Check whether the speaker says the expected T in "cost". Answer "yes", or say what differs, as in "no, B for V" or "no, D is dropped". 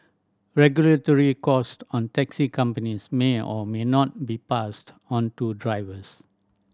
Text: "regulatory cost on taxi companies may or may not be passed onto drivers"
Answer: yes